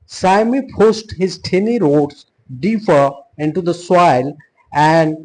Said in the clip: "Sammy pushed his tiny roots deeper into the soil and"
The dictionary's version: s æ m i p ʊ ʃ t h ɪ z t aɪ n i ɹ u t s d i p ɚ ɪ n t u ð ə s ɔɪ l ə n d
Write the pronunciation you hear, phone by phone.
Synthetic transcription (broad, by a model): s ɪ m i p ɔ s t h ɪ z t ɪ n i ɹ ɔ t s d i p ɚ ɪ n t u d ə s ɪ l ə n d